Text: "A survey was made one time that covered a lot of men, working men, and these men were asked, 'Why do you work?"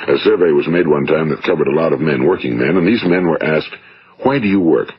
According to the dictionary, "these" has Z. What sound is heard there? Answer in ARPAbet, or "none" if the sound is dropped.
Z